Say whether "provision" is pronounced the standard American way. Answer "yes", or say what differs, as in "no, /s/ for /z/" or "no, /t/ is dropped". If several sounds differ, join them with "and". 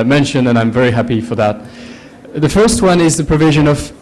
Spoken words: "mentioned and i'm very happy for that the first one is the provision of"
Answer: yes